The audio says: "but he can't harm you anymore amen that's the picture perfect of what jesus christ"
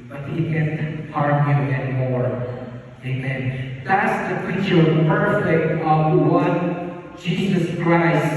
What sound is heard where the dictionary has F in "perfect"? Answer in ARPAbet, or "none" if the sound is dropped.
none